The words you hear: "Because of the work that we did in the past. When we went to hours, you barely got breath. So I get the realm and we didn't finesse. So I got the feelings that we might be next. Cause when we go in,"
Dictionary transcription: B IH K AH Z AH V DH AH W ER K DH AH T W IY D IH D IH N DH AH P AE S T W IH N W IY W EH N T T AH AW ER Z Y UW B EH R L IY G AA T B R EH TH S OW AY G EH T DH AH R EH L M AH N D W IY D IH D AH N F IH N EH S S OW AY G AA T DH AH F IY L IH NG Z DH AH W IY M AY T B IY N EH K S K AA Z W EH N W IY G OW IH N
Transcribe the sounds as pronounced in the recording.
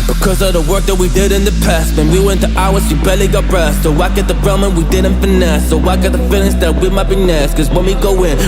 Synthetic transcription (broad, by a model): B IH K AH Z AH V DH AH W ER K DH AH T W IY D IH D IH N DH AH P AE S T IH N W IY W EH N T T AH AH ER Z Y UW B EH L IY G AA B R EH T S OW AY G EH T DH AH R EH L M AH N W IY D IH D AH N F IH N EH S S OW AY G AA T DH AH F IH N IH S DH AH W IY M AY T B IY N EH S K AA Z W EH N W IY G OW IH N